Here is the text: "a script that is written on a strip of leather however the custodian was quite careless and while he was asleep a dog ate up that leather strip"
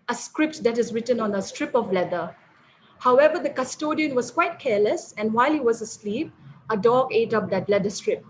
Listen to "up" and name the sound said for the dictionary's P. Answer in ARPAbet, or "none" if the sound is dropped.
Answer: P